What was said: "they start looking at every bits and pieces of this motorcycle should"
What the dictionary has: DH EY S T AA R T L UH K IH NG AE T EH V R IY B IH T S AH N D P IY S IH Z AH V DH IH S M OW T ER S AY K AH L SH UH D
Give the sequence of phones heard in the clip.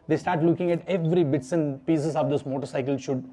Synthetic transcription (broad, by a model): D EY S T AA R T L UH K IH NG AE T EH V R IY B IH T S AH N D P IY S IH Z AH V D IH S M OW T ER S AY K AH L SH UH D